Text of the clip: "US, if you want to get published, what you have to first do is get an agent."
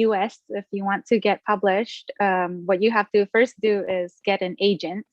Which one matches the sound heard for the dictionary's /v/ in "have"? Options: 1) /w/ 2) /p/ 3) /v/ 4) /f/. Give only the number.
4